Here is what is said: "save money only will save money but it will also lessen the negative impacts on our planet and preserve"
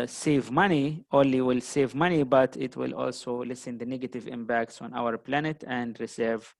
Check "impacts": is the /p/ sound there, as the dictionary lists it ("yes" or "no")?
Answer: no